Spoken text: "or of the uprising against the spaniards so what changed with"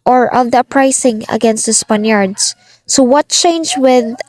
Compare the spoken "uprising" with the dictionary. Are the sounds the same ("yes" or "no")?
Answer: no